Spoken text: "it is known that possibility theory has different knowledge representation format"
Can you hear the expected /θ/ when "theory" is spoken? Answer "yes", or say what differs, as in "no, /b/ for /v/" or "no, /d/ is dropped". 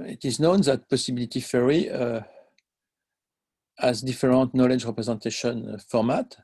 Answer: no, /f/ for /θ/